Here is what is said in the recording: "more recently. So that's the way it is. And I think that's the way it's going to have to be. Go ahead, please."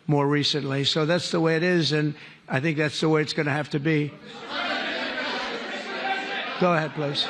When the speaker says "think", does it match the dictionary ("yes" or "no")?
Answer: yes